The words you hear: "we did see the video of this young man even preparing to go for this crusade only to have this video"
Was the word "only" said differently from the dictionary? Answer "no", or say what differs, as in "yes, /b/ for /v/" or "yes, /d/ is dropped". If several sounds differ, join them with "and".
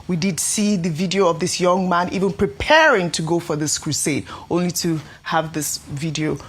no